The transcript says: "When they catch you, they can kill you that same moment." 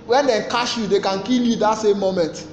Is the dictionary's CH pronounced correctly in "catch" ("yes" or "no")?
no